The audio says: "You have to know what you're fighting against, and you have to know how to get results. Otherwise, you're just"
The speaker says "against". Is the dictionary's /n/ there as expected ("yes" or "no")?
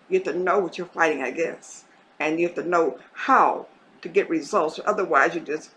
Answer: no